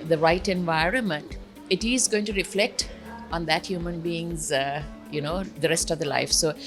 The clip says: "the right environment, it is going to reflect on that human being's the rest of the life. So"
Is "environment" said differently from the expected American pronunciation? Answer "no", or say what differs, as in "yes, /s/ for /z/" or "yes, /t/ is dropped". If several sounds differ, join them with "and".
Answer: no